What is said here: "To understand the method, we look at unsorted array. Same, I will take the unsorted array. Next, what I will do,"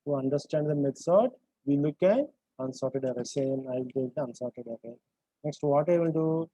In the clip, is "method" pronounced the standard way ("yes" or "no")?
no